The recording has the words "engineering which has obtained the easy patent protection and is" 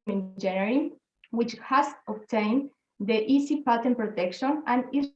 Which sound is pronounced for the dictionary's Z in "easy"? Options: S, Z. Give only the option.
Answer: S